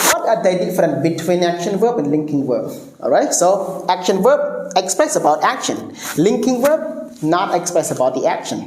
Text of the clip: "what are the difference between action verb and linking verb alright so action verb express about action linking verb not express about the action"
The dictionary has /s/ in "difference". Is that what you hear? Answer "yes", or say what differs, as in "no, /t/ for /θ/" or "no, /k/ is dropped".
no, /s/ is dropped